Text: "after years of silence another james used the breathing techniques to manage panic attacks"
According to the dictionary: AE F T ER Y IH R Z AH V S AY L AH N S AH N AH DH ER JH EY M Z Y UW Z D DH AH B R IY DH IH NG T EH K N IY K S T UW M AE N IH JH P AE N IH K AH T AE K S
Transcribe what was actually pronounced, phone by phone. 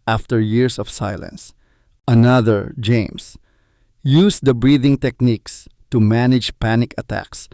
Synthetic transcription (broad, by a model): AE F T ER Y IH R S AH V S AY L AH N S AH N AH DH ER JH EY M S Y UW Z D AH B R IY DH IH NG T EH K N IY K S T UW M AE N IH JH P AE N IH K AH T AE K S